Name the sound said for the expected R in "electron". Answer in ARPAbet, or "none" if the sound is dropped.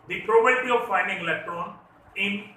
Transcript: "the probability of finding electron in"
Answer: R